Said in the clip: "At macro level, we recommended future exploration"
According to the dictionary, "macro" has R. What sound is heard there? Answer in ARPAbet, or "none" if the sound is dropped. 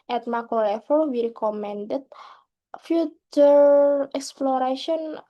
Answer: none